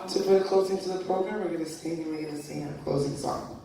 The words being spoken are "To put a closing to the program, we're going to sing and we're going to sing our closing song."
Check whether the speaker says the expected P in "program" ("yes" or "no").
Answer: yes